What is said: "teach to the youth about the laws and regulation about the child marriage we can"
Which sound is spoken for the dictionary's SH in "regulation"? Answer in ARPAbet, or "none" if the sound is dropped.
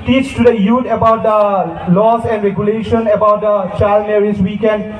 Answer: SH